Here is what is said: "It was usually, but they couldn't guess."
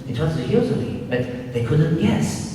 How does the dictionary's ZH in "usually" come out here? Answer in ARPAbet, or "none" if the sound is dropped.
Z